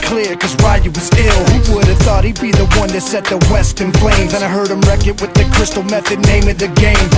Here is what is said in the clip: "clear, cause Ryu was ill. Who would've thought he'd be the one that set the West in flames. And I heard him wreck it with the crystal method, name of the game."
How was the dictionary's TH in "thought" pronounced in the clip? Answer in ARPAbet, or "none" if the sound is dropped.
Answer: TH